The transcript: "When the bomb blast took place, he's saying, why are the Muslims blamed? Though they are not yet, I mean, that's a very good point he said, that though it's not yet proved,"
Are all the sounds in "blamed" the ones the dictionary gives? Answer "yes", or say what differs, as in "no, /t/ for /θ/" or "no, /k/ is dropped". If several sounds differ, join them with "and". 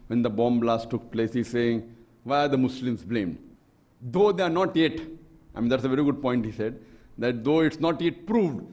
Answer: yes